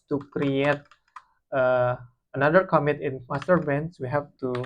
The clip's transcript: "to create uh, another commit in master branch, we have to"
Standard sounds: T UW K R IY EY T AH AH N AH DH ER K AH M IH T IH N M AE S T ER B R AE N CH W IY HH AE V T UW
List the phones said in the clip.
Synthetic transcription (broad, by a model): T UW K R IY EY T AH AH N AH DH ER K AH M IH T IH N M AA S T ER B EH N S W IY HH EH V T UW